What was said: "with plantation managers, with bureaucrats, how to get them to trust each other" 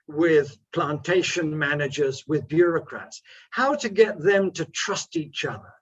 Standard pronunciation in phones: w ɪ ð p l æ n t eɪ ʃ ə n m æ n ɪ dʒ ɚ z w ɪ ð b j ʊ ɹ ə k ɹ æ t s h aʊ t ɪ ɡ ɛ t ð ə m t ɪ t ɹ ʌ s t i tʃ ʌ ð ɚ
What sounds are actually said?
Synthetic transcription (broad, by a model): w ɪ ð p l æ n t eɪ ʃ ə n m æ n ɪ dʒ ɚ z w ɪ ð b j ʊ ɹ ə k ɹ æ t s h aʊ t ɪ ɡ ɛ t ð ə m t ɪ t ɹ ʌ s t i tʃ ʌ ð ɚ